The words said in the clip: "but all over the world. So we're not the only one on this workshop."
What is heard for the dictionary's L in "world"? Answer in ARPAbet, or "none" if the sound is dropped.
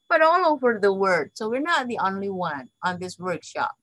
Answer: none